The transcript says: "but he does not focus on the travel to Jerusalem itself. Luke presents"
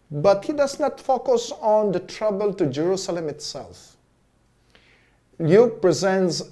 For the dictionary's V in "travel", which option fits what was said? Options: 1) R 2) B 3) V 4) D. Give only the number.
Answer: 2